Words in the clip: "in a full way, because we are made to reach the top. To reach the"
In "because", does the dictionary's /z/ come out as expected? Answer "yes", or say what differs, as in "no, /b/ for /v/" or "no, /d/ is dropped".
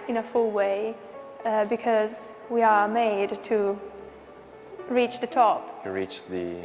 yes